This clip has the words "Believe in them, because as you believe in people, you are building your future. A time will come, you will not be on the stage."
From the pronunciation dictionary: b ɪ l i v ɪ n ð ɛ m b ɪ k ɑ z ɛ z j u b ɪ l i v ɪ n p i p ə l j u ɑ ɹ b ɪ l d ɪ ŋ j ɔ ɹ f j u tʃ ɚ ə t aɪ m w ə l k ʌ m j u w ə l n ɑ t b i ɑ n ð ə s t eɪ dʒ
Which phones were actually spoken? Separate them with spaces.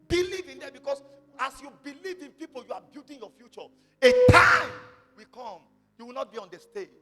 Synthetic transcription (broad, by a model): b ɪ l i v ɪ n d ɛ b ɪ k ɑ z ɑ s j u b ɪ l i v ɪ n p i p ə l j u ɑ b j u d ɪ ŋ j ɔ f j u tʃ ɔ ə t aɪ m w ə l k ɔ m j u w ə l n ɑ t b i ɑ n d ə s t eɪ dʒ